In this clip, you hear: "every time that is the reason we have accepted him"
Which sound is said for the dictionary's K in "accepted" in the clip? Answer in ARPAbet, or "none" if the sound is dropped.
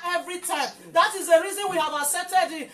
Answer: none